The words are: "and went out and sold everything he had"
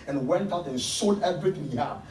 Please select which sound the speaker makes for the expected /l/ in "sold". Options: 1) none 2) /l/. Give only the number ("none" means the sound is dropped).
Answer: 1